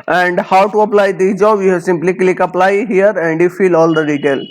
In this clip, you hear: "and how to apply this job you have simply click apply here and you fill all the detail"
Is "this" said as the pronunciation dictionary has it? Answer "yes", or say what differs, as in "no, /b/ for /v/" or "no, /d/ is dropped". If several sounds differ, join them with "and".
no, /s/ is dropped